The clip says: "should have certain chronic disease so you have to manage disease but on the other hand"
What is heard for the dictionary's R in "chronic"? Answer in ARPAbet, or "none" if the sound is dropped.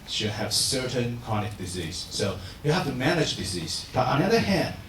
none